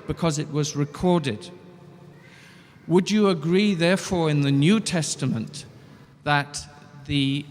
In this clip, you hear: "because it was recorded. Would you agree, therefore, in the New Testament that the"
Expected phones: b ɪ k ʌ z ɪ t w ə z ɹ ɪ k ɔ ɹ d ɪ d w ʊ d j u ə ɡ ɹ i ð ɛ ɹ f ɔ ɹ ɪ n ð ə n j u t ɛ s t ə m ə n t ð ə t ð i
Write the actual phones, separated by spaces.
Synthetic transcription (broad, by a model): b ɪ k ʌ z ɪ t w ə z ɹ ɪ k ɔ ɹ d ɪ d w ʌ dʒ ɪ ə ɡ ɹ i ð ɛ ɹ f ɔ ɹ ɪ n ð ə n j u t ɛ s t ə m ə n ð ə t ð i